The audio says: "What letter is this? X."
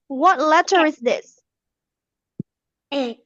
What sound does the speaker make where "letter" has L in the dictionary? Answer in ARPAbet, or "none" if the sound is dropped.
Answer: L